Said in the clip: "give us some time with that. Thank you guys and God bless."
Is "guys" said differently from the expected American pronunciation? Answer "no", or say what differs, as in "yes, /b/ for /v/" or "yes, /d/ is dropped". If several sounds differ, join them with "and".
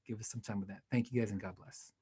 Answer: no